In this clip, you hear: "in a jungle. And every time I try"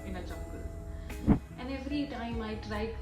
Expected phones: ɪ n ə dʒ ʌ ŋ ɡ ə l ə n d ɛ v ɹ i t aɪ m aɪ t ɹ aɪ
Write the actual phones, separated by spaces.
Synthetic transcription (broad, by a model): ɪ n ə tʃ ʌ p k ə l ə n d ɛ v ɹ i t aɪ m aɪ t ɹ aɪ